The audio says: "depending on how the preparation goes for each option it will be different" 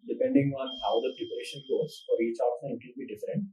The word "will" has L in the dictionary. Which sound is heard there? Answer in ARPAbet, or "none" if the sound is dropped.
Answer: N